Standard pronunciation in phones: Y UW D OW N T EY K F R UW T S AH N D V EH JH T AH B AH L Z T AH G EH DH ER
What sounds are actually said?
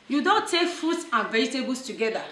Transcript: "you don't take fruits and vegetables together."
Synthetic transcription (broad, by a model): Y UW D OW N T EY K F UW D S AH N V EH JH T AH B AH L S T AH G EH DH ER